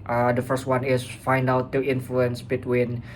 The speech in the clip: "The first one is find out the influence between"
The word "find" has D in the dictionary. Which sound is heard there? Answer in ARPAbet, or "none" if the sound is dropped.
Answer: D